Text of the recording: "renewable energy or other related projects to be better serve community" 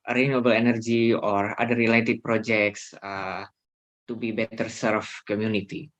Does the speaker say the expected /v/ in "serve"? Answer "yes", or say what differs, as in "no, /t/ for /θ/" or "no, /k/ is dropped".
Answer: no, /f/ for /v/